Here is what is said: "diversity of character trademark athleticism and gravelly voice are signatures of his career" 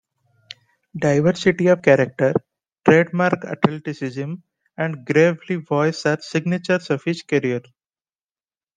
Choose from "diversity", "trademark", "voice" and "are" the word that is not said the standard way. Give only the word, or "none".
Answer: none